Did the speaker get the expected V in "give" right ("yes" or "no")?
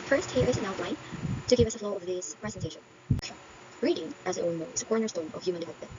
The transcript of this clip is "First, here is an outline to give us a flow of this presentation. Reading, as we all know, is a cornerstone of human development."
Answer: yes